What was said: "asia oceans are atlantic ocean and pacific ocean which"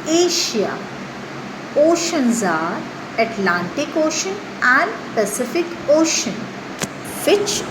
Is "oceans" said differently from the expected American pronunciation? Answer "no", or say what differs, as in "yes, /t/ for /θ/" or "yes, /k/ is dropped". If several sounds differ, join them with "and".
no